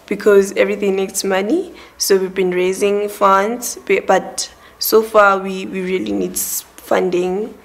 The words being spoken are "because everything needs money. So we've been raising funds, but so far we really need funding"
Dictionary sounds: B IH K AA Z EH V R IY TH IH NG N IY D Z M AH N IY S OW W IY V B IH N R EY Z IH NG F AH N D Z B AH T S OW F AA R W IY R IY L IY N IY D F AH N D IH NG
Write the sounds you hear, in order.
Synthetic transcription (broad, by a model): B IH K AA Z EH V R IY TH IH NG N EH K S M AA N IY S OW W IY V B IH N R EY Z IH NG F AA N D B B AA T S OW F AA W W IY R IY L IY N IY D F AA N D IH NG